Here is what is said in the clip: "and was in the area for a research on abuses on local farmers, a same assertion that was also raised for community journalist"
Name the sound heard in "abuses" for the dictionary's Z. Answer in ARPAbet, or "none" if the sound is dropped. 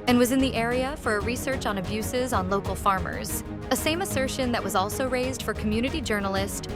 Z